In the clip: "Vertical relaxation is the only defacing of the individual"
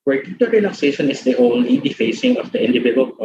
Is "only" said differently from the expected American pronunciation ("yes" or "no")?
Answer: no